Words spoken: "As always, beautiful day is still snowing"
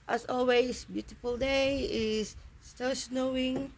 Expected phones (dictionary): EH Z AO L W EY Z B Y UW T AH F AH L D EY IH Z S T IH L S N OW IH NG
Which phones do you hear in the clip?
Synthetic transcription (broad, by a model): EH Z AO L W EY S B Y UW T AH F AH L D EY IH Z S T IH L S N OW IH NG